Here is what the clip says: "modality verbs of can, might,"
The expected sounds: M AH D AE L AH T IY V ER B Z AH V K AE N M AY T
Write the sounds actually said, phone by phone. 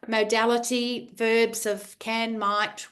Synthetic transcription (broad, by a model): M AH D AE L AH T IY V ER B Z AH V K AE N M AY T